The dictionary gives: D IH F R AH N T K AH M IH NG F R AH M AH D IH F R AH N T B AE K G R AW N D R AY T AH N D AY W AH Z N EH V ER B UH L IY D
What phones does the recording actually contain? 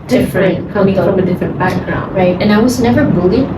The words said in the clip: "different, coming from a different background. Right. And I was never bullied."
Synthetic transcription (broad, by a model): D IH F R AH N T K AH IH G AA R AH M AH D IH F R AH N B AE K G R AW N D R AY T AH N AY W AH Z N EH V ER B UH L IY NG